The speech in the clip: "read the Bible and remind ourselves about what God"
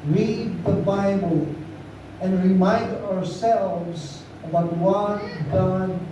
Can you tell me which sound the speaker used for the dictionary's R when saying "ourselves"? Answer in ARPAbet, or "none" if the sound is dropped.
R